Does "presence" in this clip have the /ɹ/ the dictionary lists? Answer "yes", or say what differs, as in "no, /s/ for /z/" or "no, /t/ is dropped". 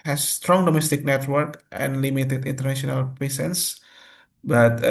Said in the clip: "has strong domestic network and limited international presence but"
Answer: no, /ɹ/ is dropped